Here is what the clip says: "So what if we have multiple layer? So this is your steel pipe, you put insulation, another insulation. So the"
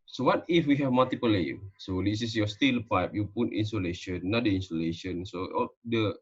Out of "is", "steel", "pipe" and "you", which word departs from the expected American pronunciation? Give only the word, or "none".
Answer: is